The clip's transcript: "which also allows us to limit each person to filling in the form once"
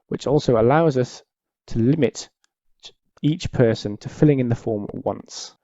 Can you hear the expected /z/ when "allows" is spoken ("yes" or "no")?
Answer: yes